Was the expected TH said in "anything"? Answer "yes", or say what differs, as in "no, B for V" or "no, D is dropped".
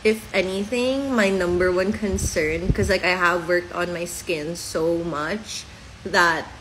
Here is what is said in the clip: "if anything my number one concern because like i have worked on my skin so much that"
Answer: yes